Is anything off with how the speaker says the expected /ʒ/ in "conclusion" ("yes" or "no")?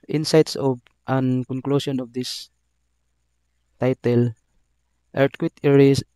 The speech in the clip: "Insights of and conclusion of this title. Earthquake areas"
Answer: yes